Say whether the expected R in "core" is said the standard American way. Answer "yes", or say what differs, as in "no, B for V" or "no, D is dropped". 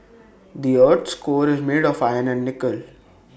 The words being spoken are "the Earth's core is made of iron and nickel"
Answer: yes